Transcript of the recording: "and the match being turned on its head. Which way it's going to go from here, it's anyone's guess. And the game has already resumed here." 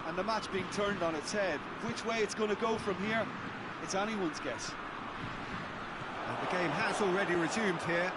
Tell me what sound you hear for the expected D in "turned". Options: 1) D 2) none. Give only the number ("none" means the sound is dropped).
1